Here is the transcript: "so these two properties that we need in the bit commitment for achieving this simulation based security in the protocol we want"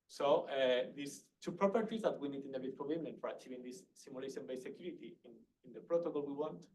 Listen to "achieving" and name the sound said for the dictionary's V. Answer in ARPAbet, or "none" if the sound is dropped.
V